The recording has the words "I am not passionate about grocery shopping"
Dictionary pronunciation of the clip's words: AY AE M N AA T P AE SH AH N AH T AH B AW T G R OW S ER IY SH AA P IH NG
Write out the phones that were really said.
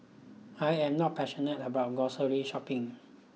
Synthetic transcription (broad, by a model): AY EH M N AA T P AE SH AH N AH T AH B AW T G OW S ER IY SH AA P IH NG